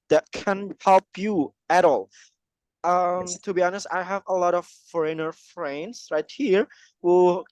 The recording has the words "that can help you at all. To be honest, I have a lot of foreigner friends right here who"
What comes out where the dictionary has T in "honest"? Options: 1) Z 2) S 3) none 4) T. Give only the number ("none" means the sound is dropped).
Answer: 4